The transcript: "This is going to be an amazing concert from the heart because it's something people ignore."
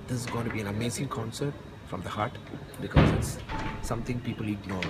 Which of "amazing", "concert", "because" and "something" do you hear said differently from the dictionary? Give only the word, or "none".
something